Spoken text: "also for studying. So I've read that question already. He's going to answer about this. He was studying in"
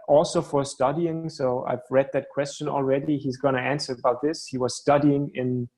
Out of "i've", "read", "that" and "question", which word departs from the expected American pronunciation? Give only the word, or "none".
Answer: none